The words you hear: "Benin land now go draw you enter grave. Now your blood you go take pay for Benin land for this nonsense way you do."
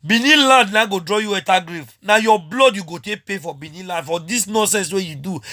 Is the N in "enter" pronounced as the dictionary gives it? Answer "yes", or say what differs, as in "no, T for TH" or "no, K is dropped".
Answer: no, N is dropped